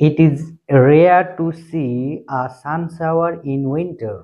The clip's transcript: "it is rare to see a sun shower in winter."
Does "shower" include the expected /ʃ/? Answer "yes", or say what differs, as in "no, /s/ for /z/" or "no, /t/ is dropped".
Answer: no, /s/ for /ʃ/